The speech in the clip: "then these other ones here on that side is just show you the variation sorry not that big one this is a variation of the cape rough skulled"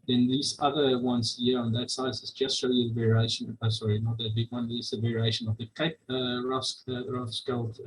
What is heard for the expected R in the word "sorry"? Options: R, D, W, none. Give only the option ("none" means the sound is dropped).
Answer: R